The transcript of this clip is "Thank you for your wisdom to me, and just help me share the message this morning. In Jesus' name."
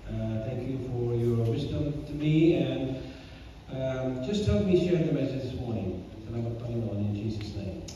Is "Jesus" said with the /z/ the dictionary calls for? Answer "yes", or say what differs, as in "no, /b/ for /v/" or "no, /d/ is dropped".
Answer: yes